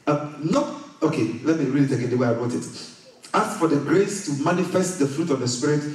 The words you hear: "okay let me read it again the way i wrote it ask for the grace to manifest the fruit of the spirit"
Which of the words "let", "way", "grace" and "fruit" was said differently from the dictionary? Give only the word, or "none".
none